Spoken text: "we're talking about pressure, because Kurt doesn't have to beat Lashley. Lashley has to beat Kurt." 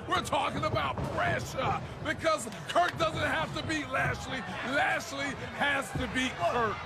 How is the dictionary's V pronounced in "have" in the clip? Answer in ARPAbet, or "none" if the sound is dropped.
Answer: F